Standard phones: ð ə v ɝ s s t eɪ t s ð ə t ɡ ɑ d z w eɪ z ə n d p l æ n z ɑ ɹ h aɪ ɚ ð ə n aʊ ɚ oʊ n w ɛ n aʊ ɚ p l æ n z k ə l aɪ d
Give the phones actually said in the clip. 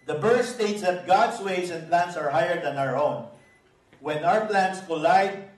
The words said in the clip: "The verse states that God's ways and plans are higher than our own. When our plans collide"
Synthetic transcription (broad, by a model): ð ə b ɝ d s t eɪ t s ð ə t ɡ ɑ d s w eɪ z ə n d p l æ n s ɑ ɹ h aɪ ɚ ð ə n aʊ ɚ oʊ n w ɛ n aʊ ɚ p l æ n s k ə l aɪ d